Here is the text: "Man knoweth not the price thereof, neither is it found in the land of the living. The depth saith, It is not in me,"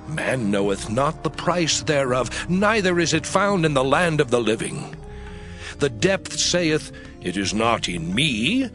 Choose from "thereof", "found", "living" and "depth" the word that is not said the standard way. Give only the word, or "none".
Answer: none